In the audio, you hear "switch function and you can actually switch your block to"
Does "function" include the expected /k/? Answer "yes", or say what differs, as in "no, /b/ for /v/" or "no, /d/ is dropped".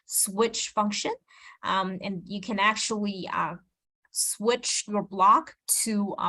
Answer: yes